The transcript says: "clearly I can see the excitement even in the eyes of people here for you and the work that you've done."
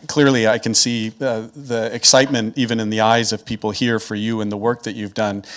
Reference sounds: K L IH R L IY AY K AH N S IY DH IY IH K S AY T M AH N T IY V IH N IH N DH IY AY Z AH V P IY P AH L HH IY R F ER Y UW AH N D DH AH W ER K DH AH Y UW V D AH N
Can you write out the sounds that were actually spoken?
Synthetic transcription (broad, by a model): K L IH R L IY AY K AH N S IY DH IY IH K S AY T M AH N T IY V IH N IH N DH IY AY Z AH V P IY P L HH IY R F ER Y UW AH N DH AH W ER K DH AH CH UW V D AH N